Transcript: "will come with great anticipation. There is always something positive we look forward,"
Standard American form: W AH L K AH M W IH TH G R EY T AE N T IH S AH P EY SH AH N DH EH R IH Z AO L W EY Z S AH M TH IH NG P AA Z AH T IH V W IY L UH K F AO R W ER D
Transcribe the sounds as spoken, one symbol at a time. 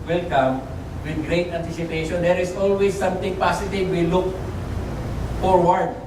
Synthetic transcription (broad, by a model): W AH L K AH M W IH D G R EY T AE N T IH S AH P EY SH AH N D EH R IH S AO L W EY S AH M T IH NG P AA S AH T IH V W IY L UH K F AO R W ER D